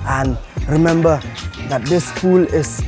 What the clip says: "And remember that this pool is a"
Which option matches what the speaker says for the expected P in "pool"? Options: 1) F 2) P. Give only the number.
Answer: 1